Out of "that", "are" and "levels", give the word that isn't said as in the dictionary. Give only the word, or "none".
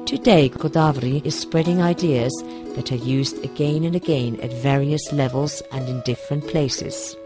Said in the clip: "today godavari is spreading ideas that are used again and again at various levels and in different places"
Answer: none